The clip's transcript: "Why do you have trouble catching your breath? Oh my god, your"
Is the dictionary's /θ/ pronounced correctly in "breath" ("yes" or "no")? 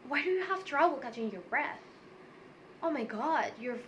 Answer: yes